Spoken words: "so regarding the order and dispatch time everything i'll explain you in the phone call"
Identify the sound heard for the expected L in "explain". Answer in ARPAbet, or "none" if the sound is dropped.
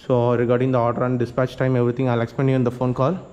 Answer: none